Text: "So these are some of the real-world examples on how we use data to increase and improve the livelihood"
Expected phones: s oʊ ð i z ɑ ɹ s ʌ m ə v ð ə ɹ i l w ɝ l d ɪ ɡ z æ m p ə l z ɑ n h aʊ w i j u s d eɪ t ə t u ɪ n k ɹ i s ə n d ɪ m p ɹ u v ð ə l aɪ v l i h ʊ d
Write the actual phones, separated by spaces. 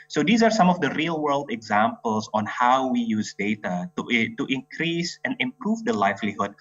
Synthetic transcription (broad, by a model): s oʊ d i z ɑ ɹ s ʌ m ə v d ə ɹ i l w ɝ l d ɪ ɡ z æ m p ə l s ɑ n h aʊ w i j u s d eɪ t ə t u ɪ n k ɹ i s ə n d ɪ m p ɹ u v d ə l aɪ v l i h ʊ d